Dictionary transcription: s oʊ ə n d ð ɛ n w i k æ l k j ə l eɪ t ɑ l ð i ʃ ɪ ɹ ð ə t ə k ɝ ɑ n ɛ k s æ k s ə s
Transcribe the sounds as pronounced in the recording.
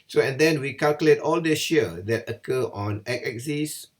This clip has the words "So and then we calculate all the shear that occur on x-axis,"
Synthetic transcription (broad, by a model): s oʊ ə n d ɛ n w i k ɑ l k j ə l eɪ t ɑ l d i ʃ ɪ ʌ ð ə t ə k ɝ ɑ n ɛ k ɛ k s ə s